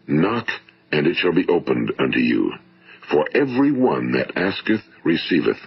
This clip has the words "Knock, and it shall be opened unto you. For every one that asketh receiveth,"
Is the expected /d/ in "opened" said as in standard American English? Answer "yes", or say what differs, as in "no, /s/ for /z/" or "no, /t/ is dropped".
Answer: yes